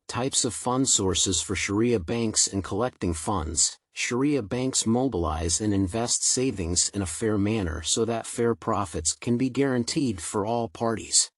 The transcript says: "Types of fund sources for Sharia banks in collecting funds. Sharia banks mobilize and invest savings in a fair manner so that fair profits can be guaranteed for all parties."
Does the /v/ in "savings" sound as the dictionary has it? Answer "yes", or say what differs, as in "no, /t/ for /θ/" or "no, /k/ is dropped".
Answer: yes